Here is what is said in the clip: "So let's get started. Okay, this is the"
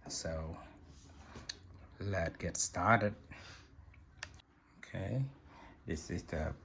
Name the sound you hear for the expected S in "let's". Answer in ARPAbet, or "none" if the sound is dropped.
none